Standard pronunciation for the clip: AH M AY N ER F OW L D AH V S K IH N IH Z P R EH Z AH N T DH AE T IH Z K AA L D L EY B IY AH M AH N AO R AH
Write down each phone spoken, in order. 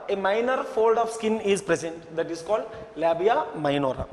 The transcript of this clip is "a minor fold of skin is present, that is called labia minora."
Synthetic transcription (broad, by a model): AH M AY N ER F OW L D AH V S K IH N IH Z P R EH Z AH N T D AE T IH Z K AA L D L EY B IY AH M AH N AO R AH